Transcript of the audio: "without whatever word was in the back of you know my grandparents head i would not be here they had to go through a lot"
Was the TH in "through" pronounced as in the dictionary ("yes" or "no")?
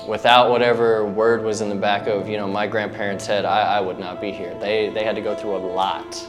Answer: yes